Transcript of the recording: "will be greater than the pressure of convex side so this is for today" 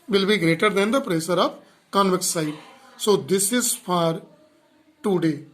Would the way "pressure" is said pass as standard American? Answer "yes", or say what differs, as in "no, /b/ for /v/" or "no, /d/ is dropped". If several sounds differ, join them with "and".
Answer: no, /s/ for /ʃ/